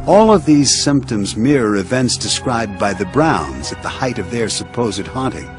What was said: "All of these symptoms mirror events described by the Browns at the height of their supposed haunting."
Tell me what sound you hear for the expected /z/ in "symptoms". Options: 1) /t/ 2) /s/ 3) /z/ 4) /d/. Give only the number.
3